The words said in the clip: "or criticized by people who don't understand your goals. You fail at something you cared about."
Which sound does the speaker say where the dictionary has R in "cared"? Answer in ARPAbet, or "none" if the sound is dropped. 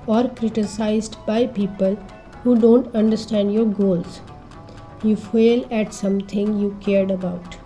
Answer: R